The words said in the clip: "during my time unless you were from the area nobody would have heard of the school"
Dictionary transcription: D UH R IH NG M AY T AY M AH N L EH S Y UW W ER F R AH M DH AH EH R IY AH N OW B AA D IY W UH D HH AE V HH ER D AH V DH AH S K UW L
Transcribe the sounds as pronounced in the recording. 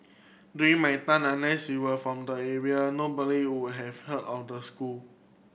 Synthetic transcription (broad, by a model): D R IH M AY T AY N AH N EH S Y UW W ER F R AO M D AH EH R IY AH N OW B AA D IY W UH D HH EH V HH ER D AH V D AH S K UW L